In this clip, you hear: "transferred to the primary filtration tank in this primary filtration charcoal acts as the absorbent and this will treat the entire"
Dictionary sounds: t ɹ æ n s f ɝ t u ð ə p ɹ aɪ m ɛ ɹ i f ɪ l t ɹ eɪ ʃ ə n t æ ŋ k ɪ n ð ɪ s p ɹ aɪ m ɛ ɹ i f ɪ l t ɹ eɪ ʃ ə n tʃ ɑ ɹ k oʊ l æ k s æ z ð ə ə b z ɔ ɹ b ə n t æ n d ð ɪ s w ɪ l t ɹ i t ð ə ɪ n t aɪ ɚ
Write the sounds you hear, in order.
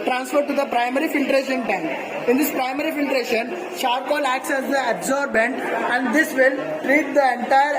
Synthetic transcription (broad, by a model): t ɹ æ n s f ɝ t u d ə p ɹ aɪ m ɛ ɹ i f ɪ l t ɹ eɪ ʃ ə n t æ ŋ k ɪ n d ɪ s p ɹ aɪ m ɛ ɹ i f ɪ l t ɹ eɪ ʃ ə n ʃ ɑ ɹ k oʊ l æ k s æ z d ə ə b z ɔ ɹ b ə n t æ n d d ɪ s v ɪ l t ɹ i t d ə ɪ n t aɪ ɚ